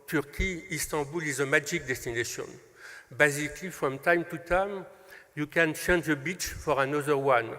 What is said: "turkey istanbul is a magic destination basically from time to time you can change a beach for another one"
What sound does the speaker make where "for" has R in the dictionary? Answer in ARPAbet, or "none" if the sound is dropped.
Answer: R